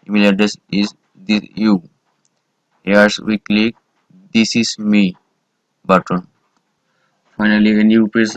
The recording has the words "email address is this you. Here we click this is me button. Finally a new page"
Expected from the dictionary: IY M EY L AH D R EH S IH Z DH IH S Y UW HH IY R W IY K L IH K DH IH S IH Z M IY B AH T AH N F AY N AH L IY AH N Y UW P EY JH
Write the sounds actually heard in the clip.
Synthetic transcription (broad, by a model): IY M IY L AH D EH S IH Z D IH Y UW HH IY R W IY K L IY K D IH S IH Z M IY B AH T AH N F AY N AH L IY AH N Y UW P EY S